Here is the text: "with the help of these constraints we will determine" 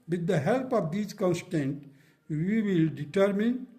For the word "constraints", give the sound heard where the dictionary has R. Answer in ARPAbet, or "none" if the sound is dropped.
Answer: none